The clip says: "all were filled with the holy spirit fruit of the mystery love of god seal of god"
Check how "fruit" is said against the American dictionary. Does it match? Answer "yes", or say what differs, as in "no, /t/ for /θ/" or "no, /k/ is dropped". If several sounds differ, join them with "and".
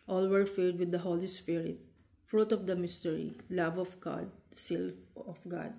yes